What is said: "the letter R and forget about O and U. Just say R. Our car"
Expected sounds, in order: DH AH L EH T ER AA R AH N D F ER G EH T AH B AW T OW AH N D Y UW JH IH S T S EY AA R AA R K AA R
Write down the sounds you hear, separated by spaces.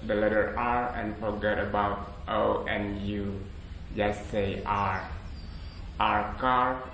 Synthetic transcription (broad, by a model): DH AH L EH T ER AA R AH N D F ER G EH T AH B AW T OW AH N Y UW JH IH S S EY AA R AA R K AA R